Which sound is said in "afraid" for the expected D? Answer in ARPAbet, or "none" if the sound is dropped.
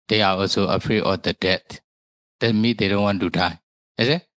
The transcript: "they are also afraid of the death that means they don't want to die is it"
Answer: none